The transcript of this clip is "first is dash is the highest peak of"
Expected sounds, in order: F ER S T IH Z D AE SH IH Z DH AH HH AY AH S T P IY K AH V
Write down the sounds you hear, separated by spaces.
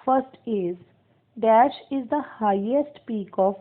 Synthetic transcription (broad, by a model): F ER S T IH Z D AE SH IH Z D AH HH AY AH S T P IY K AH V